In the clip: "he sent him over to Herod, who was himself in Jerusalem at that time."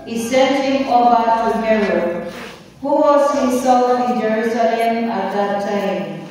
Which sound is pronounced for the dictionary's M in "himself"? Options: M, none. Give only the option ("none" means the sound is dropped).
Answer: none